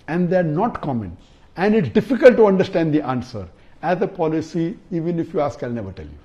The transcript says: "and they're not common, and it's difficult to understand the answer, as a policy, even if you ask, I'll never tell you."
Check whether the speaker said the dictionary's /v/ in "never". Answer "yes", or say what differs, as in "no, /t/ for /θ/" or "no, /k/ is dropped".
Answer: yes